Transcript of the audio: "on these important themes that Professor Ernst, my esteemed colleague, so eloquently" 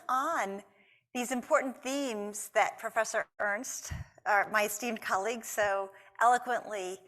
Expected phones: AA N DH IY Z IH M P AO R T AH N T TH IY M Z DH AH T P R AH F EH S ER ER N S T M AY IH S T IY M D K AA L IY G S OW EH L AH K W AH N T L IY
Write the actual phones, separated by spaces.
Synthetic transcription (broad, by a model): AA N DH IY Z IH M P AO R T N TH IY M Z DH AH T P R AH F EH S ER ER N S T M AY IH S T IY M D K AA L IY G S OW EH L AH K W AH N T L IY